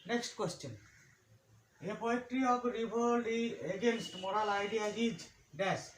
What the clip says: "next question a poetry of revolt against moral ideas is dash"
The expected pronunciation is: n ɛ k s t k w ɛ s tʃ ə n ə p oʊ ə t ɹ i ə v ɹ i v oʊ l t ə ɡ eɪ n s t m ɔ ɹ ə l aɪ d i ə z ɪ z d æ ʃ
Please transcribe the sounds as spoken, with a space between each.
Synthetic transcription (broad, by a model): n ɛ k s t k w ɛ s tʃ ə n ə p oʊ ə t ɹ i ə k ɹ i b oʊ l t ə ɡ eɪ n s t m ɔ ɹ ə l aɪ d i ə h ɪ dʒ d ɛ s